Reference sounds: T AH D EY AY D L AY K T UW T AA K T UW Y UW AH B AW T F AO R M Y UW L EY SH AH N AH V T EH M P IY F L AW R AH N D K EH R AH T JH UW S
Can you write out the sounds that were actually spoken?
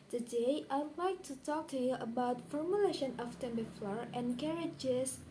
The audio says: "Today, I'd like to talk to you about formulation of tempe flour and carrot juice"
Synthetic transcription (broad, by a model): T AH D EY AY D L AY K T UW T AA K T UW Y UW AH B AW T F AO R M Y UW L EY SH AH N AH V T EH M B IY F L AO R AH N K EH R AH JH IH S